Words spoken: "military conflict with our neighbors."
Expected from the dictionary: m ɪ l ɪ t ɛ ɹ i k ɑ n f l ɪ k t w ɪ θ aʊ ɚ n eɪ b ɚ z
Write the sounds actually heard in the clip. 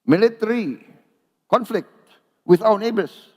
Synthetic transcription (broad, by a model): m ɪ l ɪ t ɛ ɹ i k ɑ n f l ɪ k t w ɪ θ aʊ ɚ n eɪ b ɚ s